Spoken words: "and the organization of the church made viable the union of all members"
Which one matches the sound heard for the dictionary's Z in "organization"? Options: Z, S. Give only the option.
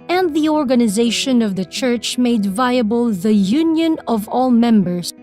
Z